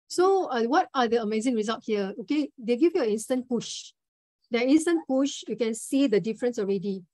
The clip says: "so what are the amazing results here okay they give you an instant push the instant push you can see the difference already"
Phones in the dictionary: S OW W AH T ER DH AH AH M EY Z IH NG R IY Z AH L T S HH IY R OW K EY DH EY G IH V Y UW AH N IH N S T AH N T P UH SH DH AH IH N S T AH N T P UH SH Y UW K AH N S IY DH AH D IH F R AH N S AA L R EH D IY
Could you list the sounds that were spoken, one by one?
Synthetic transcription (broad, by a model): S OW W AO T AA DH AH AH M EY Z IH NG R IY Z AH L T HH IY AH OW K EY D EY G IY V Y UW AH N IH N S T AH N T P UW SH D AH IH N S T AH N P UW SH Y UW K AH N S IY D AH D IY F R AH N S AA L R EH D IY